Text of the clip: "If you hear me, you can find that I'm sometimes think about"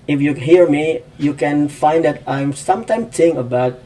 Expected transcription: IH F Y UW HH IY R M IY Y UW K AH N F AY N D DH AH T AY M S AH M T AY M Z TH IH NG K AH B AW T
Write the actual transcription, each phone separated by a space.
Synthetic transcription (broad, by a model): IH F Y UW HH IY R M IY Y UW K AH N F AY N D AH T AY M S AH M T AY M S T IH NG AH B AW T